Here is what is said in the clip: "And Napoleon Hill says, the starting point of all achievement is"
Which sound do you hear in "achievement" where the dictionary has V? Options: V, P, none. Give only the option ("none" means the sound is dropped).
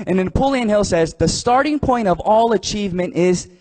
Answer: V